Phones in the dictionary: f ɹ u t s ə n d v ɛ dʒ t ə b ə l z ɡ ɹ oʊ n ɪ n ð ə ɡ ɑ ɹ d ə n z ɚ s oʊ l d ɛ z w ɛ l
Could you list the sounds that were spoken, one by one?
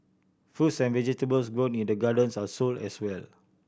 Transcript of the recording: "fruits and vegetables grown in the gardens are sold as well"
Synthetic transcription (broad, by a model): f u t s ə n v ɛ dʒ t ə b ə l s ɡ ɹ oʊ n ɪ n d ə ɡ ɑ d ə n s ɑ s oʊ l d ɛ s w ɛ l